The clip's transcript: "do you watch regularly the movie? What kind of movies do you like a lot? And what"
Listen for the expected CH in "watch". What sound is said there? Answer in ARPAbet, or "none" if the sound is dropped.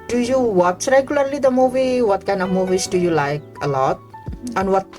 S